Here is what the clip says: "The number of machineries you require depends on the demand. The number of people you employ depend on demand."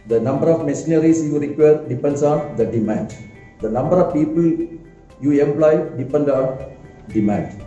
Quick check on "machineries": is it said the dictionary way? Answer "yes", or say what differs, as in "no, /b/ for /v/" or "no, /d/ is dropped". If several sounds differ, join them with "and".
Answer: no, /s/ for /ʃ/ and /s/ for /z/